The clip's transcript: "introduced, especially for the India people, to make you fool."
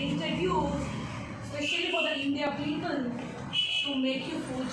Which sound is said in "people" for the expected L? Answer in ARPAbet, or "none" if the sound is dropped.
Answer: N